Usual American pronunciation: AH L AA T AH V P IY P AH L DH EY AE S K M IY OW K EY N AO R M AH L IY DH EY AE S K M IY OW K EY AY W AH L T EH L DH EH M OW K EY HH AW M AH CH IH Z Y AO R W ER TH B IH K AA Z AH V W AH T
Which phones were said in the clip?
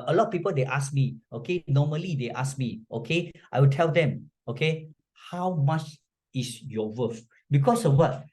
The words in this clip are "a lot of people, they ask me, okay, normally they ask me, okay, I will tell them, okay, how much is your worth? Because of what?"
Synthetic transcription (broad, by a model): AH L AA T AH P IY P AH L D EY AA S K M IY OW K EY N AO M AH L IY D EY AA S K M IY OW K EY AY W AH L T EH L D EH M OW K EY HH AW M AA CH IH S Y AO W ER F B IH K AA S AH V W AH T